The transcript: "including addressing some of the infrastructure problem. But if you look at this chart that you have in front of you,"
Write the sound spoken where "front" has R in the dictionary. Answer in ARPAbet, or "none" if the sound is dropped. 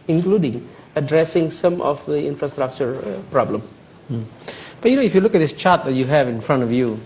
R